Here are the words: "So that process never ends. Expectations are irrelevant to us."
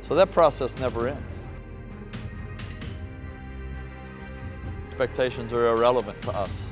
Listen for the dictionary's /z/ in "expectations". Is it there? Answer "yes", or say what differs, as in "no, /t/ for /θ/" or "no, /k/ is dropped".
yes